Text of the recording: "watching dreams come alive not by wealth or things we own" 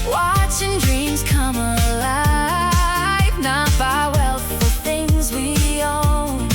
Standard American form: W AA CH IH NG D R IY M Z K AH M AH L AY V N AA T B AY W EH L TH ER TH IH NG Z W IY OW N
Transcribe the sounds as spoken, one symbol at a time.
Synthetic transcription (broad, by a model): W AA CH IH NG D R IY M Z K AH M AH L AY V N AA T B AY W EH L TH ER TH IH NG Z W IY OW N